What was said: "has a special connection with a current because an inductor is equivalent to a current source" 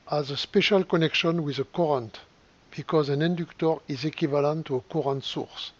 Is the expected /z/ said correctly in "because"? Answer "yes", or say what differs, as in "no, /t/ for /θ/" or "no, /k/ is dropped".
yes